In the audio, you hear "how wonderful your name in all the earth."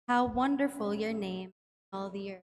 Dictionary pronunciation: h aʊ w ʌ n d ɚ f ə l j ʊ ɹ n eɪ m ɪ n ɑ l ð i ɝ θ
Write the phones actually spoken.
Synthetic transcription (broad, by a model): h aʊ w ʌ n d ɚ f ə l j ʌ ɹ n eɪ ɪ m ɑ l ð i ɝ